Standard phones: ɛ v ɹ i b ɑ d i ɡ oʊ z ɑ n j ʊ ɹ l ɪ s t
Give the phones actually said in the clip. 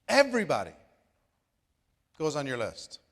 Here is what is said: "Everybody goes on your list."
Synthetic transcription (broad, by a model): ɛ v ɹ i b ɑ d i ɡ oʊ z n j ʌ ɹ l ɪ s t